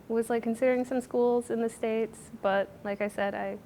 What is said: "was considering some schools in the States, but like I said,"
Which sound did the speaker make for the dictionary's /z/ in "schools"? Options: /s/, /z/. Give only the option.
/z/